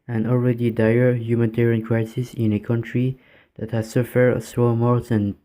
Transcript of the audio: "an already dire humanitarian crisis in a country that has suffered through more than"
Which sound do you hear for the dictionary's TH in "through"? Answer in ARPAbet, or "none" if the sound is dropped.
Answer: S